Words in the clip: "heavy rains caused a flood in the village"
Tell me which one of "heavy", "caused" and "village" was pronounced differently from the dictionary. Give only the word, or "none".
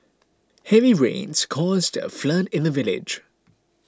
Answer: none